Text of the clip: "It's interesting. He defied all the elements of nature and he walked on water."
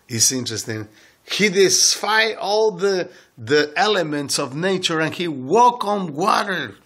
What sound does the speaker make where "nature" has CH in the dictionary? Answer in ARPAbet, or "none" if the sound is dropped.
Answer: CH